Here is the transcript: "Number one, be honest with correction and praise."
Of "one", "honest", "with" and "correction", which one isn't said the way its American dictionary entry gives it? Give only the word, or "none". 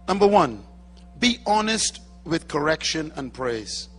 none